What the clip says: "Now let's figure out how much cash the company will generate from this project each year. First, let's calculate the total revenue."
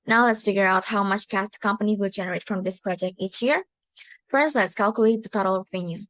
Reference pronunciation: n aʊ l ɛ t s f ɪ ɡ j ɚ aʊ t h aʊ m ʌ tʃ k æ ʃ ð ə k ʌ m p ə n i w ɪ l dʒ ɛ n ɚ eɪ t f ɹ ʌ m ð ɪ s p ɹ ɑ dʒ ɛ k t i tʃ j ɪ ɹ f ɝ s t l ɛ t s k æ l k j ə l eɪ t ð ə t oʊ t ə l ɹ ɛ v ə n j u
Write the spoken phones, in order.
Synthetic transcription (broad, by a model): n aʊ l ɛ t s f ɪ ɡ j ɚ aʊ t h aʊ m ʌ tʃ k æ s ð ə k ʌ m p ə n i w ɪ l dʒ ɛ n ɚ eɪ t f ɹ ʌ m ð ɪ s p ɹ ɑ dʒ ɛ k t i tʃ j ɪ ɹ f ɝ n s l ɛ t s k æ l k j ə l eɪ t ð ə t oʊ t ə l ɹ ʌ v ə n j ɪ